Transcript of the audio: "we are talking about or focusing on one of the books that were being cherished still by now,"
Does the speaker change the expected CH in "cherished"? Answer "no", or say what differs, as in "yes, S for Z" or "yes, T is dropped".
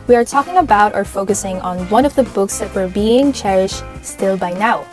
no